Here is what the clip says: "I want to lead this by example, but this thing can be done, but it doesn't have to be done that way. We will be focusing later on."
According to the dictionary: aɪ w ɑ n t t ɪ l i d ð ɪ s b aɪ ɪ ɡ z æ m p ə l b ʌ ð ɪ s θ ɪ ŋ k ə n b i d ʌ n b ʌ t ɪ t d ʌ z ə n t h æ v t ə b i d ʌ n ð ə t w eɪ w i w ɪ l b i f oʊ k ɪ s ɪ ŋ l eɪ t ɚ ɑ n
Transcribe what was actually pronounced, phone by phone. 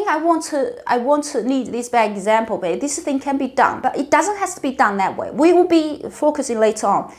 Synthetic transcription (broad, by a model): aɪ w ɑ n t t ɪ n i d ð ɪ s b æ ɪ ɡ z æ m p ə l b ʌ ð ɪ s θ ɪ ŋ k ə n b i d ʌ n b ʌ t ɪ t d ʌ z ə n t h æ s t ə b i d ʌ n ð ə t w eɪ w i w ɪ l b i f oʊ k ɪ s ɪ ŋ l eɪ t ɚ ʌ n